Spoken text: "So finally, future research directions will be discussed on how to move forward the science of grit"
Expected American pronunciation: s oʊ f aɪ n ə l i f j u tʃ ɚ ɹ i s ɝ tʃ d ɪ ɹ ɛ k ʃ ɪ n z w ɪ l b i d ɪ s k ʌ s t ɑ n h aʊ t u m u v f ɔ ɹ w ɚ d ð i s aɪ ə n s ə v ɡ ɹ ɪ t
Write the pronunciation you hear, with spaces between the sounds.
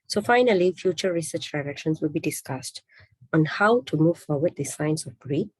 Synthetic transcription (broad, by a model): s oʊ f aɪ n ə l i f j u tʃ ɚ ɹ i s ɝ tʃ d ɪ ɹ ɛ k ʃ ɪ n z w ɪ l b i d ɪ s k ʌ s t ɑ n h aʊ t u m u v f ɔ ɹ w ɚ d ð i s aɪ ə n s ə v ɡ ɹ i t